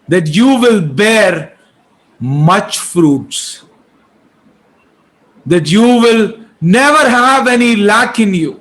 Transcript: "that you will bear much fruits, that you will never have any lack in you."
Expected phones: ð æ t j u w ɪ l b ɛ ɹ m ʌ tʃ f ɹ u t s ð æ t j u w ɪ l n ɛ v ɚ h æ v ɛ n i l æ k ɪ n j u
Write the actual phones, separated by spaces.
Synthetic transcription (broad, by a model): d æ t j u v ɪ l b ɛ ɹ m ʌ tʃ f ɹ u t s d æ t j u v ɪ l n ɛ v ɚ h æ v ɛ n i l æ k ɪ n j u